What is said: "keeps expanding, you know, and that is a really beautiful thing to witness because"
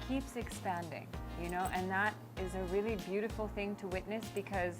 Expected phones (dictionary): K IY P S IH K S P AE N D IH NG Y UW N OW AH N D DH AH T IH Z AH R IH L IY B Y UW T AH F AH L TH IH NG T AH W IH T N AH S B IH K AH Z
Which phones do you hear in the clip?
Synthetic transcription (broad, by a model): K IY P S IH K S P AE N D IH NG Y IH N OW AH N DH AH T IH Z AH R IH L IY B Y UW T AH F L TH IH NG T AH W IH T N AH S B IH K AH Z